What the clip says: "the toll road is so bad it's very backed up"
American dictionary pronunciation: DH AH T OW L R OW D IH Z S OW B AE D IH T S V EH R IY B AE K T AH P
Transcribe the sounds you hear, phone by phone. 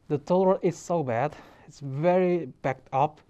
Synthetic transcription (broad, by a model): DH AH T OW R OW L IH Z S OW B AE D IH T S V EH R IY B AE K T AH P